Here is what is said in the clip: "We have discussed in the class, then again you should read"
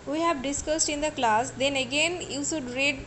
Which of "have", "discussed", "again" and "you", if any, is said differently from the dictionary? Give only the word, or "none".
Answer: none